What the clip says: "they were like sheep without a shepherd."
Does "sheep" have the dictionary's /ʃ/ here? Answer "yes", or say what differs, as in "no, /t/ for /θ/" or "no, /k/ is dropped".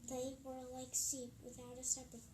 no, /s/ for /ʃ/